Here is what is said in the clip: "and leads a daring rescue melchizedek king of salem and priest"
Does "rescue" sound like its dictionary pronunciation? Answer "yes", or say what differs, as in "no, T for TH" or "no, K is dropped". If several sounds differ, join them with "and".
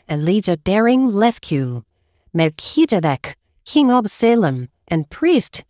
no, L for R